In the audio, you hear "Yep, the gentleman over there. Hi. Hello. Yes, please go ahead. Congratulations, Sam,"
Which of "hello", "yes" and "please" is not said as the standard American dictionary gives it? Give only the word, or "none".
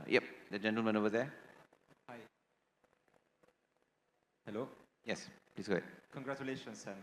please